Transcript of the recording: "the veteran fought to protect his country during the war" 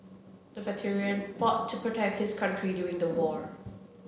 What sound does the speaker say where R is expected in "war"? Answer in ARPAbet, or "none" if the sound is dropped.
R